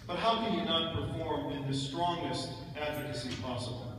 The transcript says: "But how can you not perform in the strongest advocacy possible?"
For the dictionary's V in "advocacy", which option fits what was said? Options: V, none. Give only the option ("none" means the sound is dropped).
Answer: V